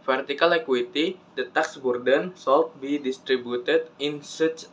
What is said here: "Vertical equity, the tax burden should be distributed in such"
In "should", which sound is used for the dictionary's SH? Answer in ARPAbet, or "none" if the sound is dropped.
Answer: S